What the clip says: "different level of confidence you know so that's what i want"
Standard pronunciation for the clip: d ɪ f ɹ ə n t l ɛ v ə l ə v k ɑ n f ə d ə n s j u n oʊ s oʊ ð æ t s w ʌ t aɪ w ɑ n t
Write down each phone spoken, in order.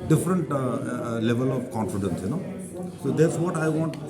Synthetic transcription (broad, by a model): d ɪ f ɹ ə n t l ɛ v ə l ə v k ɑ n f ə d ə n s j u n oʊ s oʊ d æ t s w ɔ t aɪ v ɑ n t